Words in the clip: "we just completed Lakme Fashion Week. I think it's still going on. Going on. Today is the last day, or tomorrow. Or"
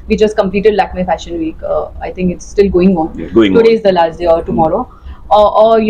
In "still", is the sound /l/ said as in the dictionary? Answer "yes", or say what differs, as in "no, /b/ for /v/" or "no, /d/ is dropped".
yes